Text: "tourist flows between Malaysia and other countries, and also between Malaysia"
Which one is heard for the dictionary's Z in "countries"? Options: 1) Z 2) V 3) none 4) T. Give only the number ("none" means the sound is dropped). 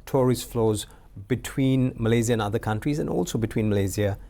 1